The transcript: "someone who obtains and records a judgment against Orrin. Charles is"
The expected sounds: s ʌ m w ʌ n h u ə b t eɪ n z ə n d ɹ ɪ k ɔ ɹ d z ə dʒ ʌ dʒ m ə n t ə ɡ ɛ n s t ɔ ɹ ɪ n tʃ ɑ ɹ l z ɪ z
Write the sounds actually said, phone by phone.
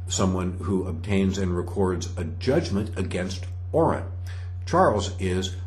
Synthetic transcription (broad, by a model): s ʌ m w ʌ n h u ə b t eɪ n z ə n ɹ ɪ k ɔ ɹ d z ə dʒ ʌ dʒ m ə n t ə ɡ ɛ n s t ɔ ɹ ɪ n tʃ ɑ ɹ l z ɪ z